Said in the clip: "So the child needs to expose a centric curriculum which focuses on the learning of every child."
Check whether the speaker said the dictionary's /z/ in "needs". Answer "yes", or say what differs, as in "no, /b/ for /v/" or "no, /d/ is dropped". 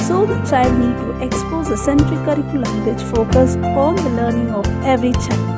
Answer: no, /z/ is dropped